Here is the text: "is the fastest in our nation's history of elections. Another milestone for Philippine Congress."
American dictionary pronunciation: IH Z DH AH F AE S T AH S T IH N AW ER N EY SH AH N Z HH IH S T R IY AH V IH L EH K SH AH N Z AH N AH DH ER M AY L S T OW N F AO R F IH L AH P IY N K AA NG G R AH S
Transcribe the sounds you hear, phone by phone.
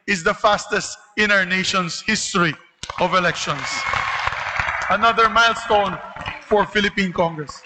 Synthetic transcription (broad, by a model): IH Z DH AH F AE S T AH S T IH N AW ER N EY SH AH N S HH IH S T R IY AH V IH L EH K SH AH N S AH N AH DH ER M AY L S T OW N F AO R F IH L AH P IY N K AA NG G R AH S